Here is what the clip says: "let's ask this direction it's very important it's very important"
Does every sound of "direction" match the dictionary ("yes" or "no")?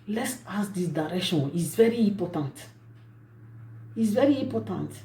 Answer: no